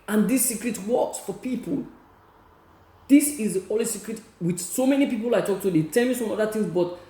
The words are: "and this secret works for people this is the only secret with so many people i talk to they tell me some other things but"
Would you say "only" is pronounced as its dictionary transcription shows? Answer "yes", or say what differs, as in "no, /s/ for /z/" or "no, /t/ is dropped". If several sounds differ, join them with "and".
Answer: no, /n/ is dropped